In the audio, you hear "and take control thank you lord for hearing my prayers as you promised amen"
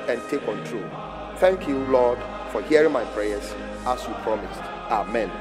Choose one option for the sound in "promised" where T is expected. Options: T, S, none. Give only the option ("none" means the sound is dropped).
T